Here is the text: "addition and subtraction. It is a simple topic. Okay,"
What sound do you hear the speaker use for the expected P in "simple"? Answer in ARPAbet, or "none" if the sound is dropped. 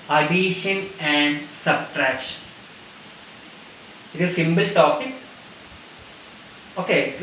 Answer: B